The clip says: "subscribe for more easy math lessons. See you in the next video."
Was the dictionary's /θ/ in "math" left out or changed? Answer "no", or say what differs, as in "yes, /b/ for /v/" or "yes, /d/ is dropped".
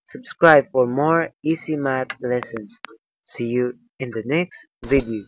yes, /t/ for /θ/